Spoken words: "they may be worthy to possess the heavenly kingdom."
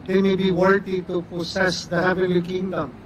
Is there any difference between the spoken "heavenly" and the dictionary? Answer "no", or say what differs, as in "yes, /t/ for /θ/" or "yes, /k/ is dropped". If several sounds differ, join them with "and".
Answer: yes, /n/ is dropped